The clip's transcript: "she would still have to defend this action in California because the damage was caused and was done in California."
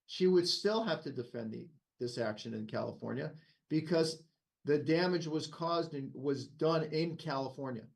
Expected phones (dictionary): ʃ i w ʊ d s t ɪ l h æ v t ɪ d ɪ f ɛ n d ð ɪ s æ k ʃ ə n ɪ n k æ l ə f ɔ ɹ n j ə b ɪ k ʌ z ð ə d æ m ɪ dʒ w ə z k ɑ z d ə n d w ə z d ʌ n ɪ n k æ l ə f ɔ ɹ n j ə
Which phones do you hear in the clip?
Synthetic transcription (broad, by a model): ʃ i w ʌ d s t ɪ l h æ f t ɪ d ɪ f ɛ n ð ð ɪ s æ k ʃ ə n ɪ n k æ l ə f ɔ ɹ n j ə b ɪ k ʌ z ð ə d æ m ɪ dʒ w ə z k ɑ z d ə n w ə z d ʌ n ɪ n k æ l ə f ɔ ɹ n j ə